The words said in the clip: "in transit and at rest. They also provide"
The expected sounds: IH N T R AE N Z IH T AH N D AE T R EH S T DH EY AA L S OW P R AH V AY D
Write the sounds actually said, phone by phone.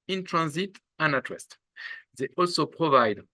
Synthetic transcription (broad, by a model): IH N T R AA N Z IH T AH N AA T W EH S T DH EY AA L S OW P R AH V AY D